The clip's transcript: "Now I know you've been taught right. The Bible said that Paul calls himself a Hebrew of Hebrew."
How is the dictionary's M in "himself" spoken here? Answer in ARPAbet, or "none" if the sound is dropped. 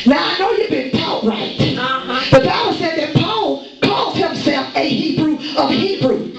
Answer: M